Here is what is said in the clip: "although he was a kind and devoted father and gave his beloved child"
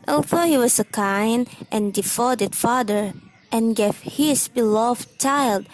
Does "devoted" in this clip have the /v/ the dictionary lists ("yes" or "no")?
no